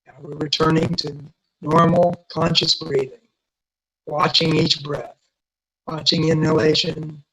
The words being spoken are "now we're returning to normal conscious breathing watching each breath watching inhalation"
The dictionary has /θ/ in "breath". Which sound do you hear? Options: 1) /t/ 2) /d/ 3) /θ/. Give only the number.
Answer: 3